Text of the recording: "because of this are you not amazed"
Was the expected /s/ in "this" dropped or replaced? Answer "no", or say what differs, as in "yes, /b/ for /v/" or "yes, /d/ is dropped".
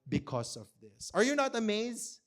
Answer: no